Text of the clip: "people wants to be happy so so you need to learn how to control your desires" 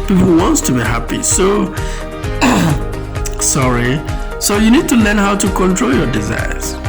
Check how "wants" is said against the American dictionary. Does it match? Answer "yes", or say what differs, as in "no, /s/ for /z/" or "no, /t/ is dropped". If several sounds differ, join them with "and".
yes